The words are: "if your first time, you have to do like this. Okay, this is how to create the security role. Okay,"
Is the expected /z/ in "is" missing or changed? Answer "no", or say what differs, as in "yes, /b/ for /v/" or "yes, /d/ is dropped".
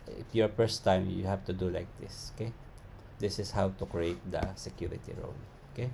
yes, /s/ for /z/